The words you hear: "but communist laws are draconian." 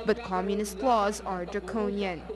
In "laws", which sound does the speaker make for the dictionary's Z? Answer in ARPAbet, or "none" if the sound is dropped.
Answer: Z